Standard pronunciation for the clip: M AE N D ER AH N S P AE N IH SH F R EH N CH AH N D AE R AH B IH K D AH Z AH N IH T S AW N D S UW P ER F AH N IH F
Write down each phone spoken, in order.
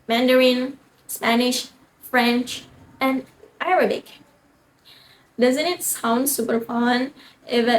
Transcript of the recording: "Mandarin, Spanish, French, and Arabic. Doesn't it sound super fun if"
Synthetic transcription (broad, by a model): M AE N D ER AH N S P AE N IH SH F R EH N CH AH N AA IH R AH B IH K D AH Z AH N IH T S AW N D S UW P ER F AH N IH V